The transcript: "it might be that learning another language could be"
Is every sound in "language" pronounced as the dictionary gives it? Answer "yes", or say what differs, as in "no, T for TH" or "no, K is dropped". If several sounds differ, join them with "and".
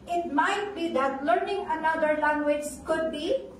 yes